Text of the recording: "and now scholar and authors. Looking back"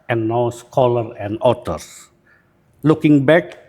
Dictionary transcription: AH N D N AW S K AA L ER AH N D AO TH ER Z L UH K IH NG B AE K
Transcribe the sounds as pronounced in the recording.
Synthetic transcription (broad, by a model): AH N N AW S K AA L ER AH N D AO T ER S L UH K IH NG B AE K